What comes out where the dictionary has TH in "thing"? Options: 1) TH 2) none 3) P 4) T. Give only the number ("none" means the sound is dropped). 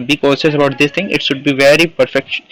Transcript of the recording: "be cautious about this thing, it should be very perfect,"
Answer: 4